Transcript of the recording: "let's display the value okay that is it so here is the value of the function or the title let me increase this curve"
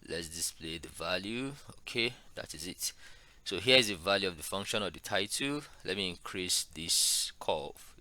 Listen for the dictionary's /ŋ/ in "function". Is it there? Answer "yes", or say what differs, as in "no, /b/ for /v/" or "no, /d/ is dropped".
yes